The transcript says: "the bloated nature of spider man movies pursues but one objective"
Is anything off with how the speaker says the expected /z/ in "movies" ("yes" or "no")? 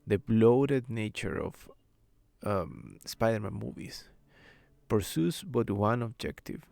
yes